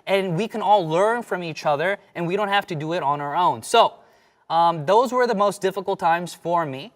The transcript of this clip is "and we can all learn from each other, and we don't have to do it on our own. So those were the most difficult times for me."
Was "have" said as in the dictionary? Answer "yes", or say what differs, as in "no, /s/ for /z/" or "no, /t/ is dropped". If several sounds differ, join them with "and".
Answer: no, /f/ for /v/